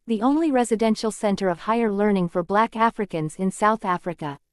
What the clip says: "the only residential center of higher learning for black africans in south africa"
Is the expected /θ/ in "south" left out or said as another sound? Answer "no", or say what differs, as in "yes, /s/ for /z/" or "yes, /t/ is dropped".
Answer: no